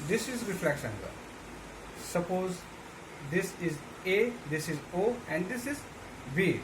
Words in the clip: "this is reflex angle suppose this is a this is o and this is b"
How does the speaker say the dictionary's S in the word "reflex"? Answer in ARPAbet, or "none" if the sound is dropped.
SH